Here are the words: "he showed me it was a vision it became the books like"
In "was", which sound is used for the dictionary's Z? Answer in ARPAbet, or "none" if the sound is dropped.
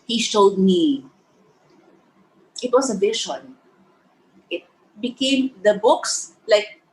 S